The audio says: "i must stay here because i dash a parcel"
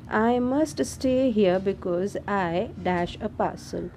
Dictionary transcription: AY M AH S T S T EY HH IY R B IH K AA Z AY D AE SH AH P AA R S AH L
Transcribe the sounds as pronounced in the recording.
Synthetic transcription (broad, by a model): AY M AH S T S T EY HH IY R B IH K AA Z AY D AE SH AH P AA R S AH L